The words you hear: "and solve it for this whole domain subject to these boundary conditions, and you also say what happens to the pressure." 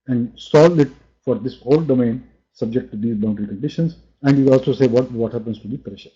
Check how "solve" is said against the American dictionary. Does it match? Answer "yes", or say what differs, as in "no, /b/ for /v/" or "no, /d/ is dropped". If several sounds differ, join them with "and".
no, /v/ is dropped